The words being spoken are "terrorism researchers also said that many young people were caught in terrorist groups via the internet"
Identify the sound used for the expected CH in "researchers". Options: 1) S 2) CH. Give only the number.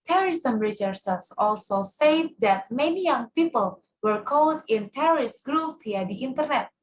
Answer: 1